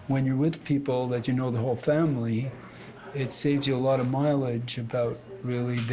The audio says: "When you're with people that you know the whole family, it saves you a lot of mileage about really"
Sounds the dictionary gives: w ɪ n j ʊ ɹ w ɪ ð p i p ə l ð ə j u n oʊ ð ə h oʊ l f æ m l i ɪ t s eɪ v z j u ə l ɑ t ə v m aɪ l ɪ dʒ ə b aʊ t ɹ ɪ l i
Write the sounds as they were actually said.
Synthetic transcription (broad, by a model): w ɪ n j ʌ ɹ w ɪ ð p i p l ð ə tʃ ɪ n oʊ ð ə h oʊ l f æ m l i ɪ t s eɪ v z j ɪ ə l ɑ t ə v m aɪ l ɪ dʒ ə b aʊ t ɹ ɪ l i